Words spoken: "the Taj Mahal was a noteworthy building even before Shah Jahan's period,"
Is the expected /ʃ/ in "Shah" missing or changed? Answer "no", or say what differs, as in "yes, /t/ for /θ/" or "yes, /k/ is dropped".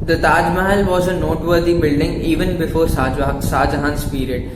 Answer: yes, /s/ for /ʃ/